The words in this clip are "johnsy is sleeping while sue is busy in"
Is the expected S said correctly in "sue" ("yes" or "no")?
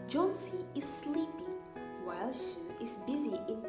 no